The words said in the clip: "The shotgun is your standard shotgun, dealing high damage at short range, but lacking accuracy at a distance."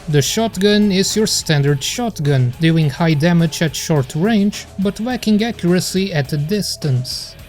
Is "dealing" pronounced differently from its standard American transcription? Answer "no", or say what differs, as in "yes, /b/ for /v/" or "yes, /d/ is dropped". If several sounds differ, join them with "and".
yes, /l/ is dropped